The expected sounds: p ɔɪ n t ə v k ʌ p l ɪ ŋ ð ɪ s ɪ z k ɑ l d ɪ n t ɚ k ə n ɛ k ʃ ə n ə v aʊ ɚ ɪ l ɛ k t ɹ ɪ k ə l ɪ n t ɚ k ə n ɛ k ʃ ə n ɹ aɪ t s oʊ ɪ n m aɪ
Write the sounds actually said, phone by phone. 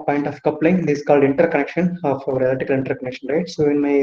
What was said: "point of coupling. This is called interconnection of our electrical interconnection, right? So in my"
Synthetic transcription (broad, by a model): p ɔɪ n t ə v k ʌ p l ɪ ŋ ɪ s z k ɑ l d ɪ n t ɚ k ə n ɛ k ʃ ə n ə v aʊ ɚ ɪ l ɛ t ɪ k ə l ɪ n t ɚ k ə n ɛ k ʃ ə n ɹ aɪ t s oʊ ɪ n m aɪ